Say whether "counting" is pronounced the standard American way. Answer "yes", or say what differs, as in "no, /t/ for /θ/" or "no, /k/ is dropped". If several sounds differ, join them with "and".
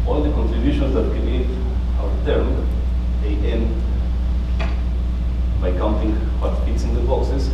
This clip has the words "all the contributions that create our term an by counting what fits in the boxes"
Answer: yes